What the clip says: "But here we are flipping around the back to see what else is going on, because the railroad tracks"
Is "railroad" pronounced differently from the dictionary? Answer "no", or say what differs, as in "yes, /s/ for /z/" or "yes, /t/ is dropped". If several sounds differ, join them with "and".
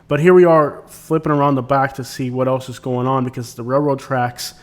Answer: no